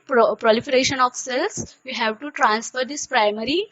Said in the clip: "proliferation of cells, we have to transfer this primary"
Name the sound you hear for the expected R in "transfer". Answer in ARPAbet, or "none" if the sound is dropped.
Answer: R